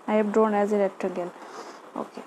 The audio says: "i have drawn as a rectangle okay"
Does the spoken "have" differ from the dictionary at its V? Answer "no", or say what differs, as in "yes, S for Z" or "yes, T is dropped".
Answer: yes, B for V